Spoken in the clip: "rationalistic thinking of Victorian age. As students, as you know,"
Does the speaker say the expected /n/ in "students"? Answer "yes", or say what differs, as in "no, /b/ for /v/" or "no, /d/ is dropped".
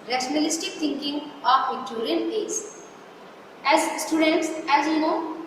yes